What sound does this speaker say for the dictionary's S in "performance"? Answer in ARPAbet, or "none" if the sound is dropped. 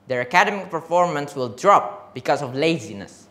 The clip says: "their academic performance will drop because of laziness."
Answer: S